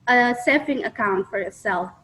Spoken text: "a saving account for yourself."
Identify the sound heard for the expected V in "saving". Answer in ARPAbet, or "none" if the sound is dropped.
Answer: F